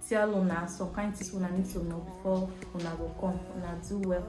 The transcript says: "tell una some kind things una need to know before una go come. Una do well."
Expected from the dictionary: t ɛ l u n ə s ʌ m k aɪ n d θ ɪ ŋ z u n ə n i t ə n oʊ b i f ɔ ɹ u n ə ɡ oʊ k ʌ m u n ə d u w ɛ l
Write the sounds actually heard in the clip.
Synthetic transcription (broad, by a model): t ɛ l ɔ n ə s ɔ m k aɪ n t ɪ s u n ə n i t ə n oʊ b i f ɔ w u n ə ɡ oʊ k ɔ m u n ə d u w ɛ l